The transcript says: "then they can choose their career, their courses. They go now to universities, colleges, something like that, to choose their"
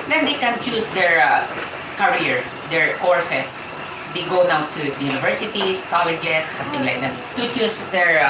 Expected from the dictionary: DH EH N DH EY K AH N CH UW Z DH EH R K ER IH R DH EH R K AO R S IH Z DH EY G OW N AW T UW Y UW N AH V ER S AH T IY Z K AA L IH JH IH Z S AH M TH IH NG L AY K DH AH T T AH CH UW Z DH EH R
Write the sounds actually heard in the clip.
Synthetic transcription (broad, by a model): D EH N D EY K AH N CH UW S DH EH R K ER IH R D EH R K AO R S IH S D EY G OW N AW T UW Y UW N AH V ER S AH T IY S K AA L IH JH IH S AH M T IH NG L AY K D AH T T AH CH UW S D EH R